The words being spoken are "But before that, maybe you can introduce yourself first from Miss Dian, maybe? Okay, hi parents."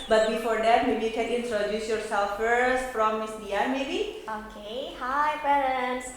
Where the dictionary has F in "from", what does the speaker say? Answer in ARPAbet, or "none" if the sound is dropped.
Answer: P